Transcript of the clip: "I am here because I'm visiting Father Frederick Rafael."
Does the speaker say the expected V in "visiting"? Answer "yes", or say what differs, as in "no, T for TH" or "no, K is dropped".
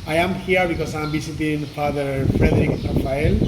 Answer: no, B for V